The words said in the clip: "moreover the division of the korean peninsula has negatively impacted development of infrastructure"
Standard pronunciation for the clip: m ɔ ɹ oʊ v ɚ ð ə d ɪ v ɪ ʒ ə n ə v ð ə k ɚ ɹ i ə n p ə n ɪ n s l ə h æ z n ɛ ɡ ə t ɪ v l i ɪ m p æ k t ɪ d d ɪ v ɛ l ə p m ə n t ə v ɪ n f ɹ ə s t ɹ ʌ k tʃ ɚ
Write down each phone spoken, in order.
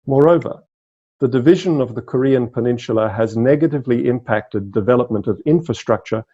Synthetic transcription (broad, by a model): m ɔ ɹ oʊ v ɚ ð ə d ɪ v ɪ ʒ ə n ə v ð ə k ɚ ɹ i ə n p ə n ɪ n ʃ l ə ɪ z n ɛ ɡ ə t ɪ v l i ɪ m p æ k t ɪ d d ɪ v ɛ l ə p m ə n t ə v ɪ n f ɹ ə s t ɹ ʌ k tʃ ɚ